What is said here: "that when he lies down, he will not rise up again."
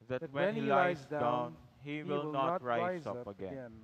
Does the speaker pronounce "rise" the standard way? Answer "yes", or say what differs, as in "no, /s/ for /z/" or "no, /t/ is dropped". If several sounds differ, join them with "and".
no, /z/ is dropped